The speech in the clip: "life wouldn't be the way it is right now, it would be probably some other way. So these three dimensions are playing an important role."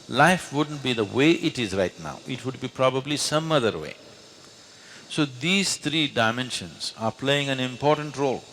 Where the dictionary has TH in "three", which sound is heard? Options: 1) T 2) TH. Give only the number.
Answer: 1